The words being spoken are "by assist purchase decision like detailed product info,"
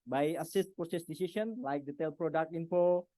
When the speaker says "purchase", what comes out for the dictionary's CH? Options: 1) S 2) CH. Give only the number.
1